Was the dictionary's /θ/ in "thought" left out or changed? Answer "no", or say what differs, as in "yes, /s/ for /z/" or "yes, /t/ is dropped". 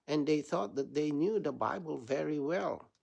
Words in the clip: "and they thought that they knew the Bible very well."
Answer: no